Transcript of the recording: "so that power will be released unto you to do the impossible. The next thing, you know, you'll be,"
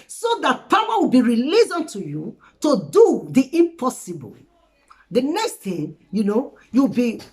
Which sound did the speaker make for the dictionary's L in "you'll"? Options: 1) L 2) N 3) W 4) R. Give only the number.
3